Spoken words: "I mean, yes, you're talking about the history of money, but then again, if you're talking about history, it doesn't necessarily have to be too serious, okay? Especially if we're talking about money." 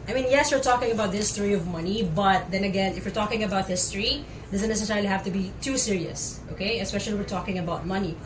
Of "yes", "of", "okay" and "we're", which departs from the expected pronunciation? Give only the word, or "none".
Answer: none